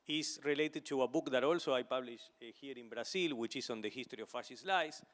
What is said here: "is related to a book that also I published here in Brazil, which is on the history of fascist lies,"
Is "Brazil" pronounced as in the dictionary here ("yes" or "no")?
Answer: no